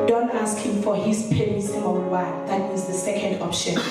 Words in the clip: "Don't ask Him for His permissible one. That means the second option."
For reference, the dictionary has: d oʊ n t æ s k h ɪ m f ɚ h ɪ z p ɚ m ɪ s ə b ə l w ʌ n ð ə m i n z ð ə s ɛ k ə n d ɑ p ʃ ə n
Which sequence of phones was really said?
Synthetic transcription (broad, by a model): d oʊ n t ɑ s k h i m f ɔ h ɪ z p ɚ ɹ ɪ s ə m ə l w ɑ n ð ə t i z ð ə s ɛ k ə n d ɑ p ʃ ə n